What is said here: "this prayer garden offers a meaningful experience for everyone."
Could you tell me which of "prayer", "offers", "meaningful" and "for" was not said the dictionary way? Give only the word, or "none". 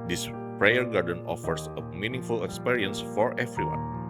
offers